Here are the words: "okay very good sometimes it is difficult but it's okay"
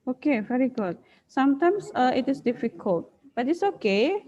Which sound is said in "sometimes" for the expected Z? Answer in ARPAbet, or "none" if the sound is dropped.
S